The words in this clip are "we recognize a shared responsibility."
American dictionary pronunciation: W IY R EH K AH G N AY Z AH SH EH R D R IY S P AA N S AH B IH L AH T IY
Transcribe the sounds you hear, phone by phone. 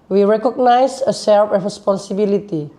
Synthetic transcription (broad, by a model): W IY R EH K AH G N AY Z AH S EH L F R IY S P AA N S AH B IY L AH T IY